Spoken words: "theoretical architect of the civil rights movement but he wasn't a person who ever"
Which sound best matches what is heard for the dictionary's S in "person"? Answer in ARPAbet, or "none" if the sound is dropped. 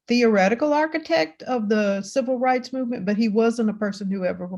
S